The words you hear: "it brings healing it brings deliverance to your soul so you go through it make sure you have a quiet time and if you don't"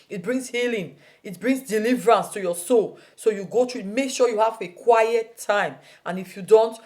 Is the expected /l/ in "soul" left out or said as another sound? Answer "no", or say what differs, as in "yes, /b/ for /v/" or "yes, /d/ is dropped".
no